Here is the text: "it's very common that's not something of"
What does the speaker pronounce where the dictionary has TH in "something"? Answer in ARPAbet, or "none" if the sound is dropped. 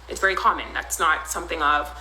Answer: TH